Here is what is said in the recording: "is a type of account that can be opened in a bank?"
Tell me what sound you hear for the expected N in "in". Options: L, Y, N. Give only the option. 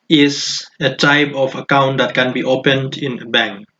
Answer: N